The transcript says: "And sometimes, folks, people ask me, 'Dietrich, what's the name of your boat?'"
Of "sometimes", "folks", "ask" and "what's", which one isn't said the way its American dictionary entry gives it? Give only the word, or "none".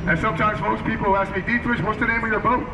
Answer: folks